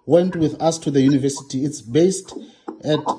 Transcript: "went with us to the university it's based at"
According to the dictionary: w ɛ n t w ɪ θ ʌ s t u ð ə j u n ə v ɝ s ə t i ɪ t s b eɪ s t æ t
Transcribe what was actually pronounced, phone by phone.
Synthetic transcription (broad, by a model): w ɛ n t w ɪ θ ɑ s t u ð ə j u n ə v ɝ s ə t i t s b eɪ s t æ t